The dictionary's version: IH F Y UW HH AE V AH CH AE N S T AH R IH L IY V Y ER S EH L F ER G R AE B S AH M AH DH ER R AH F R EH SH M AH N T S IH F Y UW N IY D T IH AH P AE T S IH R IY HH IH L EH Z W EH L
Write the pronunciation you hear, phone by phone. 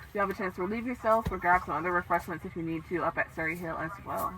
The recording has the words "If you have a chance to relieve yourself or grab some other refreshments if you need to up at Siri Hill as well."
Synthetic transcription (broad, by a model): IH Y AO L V AH CH AE N S T AH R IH L IY V Y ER S EH L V ER G AE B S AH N AH DH ER R AH F R EH SH M AH N T S IH F Y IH N IY D T IH AH P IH T S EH R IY HH IH L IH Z W EH L